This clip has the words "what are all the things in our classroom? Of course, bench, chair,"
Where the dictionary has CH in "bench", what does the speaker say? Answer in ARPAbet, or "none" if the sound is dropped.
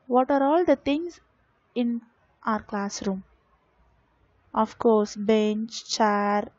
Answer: CH